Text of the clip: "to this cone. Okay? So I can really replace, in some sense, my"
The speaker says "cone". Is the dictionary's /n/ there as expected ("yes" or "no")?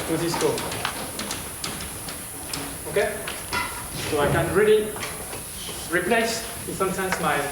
no